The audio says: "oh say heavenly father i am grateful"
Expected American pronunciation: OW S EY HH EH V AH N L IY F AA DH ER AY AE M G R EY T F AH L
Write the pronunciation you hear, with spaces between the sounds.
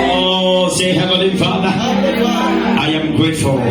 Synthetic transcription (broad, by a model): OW S EY HH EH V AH L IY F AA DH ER AY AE M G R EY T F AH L